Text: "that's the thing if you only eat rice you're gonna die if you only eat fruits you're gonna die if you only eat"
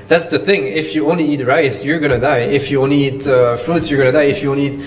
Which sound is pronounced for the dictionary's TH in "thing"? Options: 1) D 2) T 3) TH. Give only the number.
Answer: 3